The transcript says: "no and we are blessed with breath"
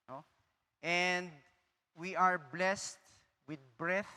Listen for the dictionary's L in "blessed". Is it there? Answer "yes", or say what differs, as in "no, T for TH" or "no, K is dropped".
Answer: yes